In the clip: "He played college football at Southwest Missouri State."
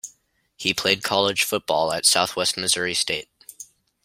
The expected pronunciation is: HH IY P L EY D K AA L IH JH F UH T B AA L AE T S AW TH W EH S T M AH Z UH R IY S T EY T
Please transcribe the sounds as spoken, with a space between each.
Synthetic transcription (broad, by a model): HH IY P L EY D K AA L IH ZH F UH T B AA L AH T S AW TH W EH S T M AH Z UH R IY S T EY T